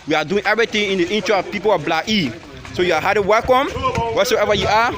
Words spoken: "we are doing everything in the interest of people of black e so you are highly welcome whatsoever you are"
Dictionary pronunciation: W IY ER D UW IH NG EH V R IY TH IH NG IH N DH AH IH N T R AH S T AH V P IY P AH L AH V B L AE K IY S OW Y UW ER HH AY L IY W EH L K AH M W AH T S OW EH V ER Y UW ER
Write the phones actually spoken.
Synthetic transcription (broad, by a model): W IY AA D UW IH NG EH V R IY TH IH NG IH N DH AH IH N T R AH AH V P IY P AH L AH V B L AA IY S OW Y UW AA HH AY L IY W EH L K AH M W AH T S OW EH V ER Y UW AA